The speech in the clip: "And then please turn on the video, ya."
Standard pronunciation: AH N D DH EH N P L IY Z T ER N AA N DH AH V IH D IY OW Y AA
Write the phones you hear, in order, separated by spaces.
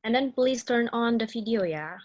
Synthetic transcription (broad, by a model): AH N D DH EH N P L IY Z T ER N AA N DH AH F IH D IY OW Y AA